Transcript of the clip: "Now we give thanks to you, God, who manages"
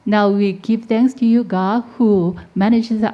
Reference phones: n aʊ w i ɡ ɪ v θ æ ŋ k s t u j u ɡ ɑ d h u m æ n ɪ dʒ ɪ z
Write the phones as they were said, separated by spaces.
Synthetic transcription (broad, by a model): n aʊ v i ɡ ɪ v t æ ŋ k s t u j u ɡ ɑ d h u m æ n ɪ dʒ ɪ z